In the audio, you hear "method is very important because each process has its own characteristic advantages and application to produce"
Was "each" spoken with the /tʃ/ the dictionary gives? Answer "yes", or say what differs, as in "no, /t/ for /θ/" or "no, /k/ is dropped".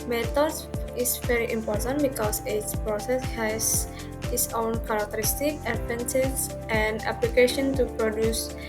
no, /s/ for /tʃ/